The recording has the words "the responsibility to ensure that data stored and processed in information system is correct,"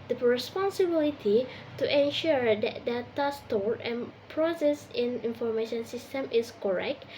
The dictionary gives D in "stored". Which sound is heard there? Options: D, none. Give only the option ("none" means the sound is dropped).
none